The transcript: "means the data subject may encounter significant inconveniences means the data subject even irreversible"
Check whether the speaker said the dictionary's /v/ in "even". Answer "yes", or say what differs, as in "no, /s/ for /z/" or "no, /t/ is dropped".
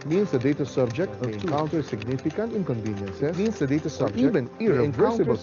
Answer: no, /v/ is dropped